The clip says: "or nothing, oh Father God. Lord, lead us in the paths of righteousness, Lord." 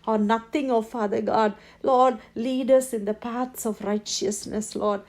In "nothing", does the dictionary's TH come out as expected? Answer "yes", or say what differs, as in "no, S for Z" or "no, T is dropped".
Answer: no, T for TH